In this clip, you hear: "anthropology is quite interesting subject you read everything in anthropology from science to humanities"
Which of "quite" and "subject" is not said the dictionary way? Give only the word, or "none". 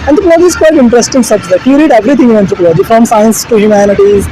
subject